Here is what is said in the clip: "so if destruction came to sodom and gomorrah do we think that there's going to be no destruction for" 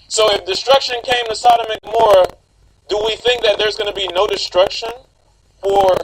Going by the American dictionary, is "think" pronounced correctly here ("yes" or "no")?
yes